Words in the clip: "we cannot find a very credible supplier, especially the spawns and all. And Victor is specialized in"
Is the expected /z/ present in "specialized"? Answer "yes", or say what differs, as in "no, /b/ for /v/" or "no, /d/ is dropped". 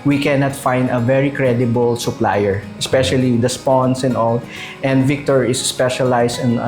no, /s/ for /z/